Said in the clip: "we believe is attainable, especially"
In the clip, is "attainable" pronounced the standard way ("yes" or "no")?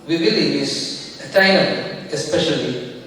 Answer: no